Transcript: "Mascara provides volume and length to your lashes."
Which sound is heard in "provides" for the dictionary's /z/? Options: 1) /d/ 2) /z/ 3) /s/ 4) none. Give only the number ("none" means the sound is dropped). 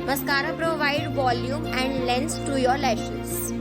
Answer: 4